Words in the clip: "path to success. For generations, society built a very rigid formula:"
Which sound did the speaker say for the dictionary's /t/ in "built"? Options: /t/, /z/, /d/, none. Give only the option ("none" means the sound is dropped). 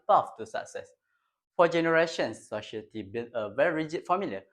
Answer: none